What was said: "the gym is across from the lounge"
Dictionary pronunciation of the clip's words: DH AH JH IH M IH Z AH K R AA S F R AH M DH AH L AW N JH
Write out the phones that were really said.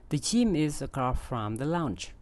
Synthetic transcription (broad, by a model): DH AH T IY M IH Z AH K AA F R AH M DH AH L AW N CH